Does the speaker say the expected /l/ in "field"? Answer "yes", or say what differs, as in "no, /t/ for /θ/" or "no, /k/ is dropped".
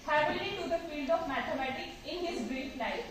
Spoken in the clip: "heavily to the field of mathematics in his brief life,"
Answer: yes